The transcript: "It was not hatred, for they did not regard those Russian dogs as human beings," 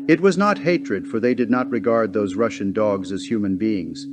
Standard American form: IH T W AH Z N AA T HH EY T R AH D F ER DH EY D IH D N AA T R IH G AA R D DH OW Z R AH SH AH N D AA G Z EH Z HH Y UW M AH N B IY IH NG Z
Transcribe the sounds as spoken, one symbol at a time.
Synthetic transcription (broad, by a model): IH T W AH Z N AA T HH EY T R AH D F ER DH EY D IH D N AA T R IH G AA R D DH OW Z R AH SH AH N D AA G Z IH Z HH Y UW M AH N B IY IH NG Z